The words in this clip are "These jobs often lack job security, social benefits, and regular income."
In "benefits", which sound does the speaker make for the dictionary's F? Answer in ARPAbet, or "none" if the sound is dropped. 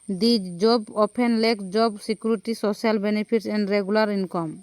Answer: P